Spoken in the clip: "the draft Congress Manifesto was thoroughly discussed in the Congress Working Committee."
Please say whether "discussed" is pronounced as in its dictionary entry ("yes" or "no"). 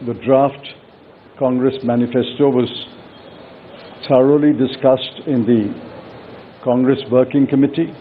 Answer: yes